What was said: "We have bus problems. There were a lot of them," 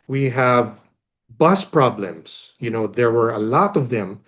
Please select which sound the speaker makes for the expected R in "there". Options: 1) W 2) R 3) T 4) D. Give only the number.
2